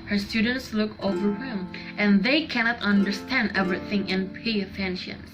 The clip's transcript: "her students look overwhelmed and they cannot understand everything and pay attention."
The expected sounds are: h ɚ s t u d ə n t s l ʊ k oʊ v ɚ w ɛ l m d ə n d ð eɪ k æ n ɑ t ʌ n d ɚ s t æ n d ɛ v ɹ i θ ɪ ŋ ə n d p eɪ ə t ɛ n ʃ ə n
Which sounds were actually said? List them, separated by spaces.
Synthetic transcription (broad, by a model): h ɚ s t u d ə n t s l ʊ k oʊ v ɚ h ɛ m ə n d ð eɪ k æ n ɑ t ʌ n d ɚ s t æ n d ɛ v ɹ i θ ɪ ŋ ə n p eɪ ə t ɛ n ʃ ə n